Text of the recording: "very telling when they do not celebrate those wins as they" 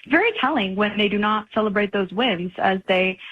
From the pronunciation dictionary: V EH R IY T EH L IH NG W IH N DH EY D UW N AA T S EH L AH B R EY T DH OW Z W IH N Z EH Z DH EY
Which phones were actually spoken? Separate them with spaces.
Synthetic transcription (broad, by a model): V EH R IY T EH L IH NG W IH N DH EY D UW N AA T S EH L AH B R EY T DH OW Z W IH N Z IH Z DH EY